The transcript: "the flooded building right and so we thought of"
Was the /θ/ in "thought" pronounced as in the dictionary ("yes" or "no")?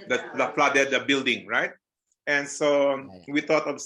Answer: no